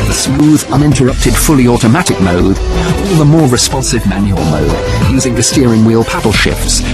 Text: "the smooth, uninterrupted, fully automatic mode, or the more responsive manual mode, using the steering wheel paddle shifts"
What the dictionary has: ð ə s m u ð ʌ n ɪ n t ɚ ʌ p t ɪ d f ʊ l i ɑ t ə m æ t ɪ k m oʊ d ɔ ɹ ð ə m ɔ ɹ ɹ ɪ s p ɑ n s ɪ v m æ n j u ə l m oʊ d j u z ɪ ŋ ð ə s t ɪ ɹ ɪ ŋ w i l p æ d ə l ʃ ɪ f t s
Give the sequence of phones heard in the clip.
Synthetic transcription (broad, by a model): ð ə s m u ð ʌ n ɪ n t ɚ ʌ p t ɪ d f ʊ l i ɑ t ə m æ t ɪ k m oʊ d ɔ l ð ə m ɔ ɹ ɹ ɪ s p ɑ n s ɪ v m æ n j u ə l m oʊ d j u z ɪ ŋ ð ə s t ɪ ɹ ɪ ŋ w i l p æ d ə l ʃ ɪ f t s